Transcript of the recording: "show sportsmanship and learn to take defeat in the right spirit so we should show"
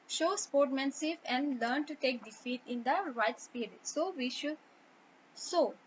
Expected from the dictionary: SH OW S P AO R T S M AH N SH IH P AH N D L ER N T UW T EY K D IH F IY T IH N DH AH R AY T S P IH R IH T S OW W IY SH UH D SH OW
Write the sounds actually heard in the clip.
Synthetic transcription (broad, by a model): SH OW S P AO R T M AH N S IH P AH N D L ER N T UW T EY K D IH F IY T IH N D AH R AY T S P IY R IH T S OW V IY SH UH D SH OW